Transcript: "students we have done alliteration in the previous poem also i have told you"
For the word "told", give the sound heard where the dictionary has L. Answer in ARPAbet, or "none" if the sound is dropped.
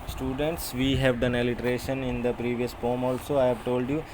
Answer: L